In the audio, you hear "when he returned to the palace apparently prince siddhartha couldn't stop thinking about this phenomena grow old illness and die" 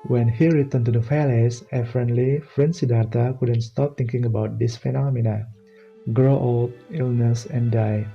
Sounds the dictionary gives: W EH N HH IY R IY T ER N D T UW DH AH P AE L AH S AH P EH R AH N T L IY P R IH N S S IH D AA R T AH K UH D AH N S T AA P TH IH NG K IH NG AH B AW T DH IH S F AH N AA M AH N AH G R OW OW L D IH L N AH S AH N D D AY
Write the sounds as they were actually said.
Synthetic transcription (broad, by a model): W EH N HH IY R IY T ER N T UW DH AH F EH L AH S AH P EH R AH N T L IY F R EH N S S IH D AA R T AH K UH D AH N S T AA P T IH NG K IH NG AH B AW T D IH S F AH N AA M AH N AH G R OW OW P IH L N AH S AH N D D AY